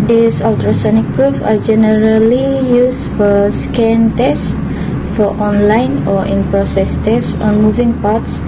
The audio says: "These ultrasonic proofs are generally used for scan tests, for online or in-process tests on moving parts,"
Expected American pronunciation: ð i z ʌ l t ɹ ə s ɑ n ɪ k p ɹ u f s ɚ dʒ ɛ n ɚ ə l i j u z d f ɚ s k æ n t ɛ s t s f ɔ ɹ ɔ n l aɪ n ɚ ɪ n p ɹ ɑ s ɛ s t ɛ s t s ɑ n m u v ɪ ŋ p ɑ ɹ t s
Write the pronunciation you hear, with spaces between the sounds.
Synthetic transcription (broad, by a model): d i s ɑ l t ɹ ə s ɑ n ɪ k p ɹ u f ɑ dʒ ɛ n ɚ ə l i j u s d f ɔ s k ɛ n t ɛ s s f ɔ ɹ ɔ n l aɪ n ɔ ɪ n p ɹ ɑ s ɛ s t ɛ s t ɑ n m u v ɪ ŋ p ɑ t s